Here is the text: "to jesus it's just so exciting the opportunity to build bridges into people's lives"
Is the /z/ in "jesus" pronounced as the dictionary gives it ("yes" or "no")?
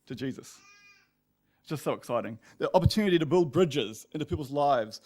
yes